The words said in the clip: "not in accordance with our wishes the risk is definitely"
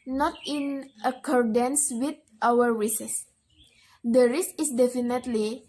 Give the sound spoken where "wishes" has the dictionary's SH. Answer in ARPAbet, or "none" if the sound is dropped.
S